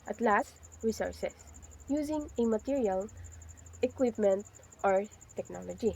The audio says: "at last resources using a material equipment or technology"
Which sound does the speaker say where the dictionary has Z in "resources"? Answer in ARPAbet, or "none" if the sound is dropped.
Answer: S